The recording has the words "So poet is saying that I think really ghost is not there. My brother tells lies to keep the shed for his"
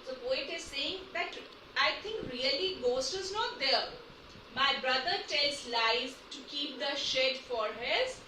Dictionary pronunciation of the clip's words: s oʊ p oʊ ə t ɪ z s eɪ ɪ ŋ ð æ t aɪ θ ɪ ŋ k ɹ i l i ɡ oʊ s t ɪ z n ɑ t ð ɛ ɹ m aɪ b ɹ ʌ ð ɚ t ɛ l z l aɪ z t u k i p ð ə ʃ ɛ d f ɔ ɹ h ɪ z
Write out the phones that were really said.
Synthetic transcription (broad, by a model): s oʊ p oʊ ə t ɪ z s eɪ ɪ ŋ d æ t aɪ t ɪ ŋ k ɹ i l i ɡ oʊ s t ɪ z n ɑ t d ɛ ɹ m aɪ b ɹ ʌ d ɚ t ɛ l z l aɪ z t u k i p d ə ʃ ɛ d f ɔ ɹ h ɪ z